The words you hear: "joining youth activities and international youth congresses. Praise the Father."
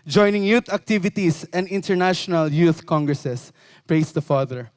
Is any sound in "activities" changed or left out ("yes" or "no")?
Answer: yes